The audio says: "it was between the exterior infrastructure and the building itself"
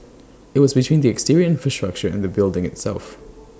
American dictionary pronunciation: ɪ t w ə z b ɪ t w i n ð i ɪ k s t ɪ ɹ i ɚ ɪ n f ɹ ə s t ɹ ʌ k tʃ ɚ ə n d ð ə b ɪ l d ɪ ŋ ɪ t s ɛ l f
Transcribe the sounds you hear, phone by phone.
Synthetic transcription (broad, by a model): ɪ t w ə z b ɪ t w i n ð i ɪ k s t ɪ ɹ i ɚ ɪ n f ɹ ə s t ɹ ʌ k tʃ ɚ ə n ð ə b ɪ l d ɪ ŋ ɪ t s ɛ l f